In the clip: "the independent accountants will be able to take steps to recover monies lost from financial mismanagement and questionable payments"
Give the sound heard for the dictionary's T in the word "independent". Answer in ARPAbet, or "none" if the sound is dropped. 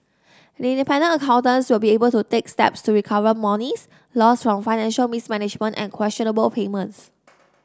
none